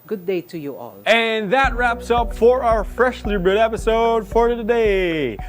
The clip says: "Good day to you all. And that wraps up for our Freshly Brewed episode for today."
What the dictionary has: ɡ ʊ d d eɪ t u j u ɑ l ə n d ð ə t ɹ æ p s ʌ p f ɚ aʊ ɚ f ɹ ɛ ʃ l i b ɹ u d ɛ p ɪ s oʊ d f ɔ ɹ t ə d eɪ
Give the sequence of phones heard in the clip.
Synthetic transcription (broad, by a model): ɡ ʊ d d eɪ t u j u ɑ l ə n ð ə t ɹ æ p s ʌ p f ɚ aʊ ɚ f ɹ ɛ ʃ l i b ɪ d ɛ p ɪ s oʊ d f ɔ ɹ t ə d eɪ